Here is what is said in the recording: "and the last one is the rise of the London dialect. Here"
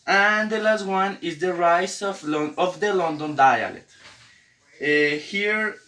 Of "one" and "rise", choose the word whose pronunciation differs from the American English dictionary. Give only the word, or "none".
rise